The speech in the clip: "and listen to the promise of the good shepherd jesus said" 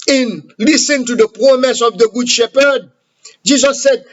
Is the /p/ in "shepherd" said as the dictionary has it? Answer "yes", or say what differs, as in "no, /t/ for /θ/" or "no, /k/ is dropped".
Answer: yes